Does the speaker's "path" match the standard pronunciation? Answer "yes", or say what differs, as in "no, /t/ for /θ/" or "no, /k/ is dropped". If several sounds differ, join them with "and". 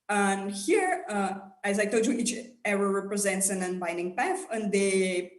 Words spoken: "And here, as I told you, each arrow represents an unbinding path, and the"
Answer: no, /f/ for /θ/